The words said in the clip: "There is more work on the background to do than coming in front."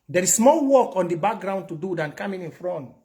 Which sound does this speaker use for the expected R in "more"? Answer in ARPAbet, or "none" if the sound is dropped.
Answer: L